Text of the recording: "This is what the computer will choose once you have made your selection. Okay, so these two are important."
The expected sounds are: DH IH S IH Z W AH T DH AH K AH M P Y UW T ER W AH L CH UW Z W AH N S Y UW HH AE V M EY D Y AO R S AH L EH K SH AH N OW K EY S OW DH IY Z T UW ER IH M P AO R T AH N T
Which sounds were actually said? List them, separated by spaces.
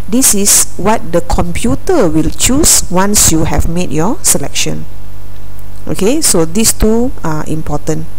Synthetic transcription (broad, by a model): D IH S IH S W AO T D AH K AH M P Y UW T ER W AH L CH UW S W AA N S Y UW HH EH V M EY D Y AO S AH L EH K SH AH N OW K EY S OW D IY S T UW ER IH M P AO T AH N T